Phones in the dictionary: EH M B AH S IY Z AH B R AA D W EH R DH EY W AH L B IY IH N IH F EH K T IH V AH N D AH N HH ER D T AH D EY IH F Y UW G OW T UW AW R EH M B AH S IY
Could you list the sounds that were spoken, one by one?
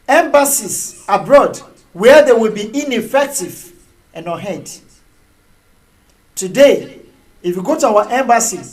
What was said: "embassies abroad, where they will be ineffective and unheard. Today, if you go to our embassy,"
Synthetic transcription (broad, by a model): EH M B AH S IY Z AH B R AA D W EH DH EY W AH L B IY IH N IH F EH K T IH V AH N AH HH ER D T AH D EY IH F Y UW G OW T UW AW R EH M B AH S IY